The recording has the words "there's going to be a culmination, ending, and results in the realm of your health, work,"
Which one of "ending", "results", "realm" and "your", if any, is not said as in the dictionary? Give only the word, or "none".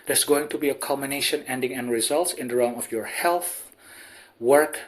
realm